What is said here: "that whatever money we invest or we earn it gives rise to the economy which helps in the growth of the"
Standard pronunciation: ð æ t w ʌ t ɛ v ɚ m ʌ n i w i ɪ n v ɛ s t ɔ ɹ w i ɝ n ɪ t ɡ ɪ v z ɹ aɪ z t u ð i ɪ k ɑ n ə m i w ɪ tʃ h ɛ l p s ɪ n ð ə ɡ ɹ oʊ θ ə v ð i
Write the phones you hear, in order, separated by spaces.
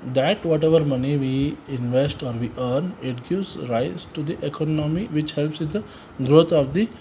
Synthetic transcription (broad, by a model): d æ t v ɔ t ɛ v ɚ m ʌ n i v i ɪ n v ɛ s t ɔ ɹ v i ɝ n ɪ t ɡ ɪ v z ɹ aɪ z t u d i ɪ k ɑ n ə m i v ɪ tʃ h ɛ l p s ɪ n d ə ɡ ɹ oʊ t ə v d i